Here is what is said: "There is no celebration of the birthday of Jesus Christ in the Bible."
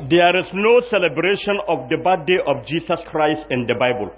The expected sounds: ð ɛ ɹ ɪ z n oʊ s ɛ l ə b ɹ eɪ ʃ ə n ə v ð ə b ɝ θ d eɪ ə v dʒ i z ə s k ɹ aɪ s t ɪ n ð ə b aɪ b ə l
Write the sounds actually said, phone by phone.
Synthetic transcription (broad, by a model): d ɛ ɹ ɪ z n oʊ s ɛ l ə b ɹ eɪ ʃ ə n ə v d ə b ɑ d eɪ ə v dʒ i s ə s k ɹ aɪ s t ɪ n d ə b aɪ b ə l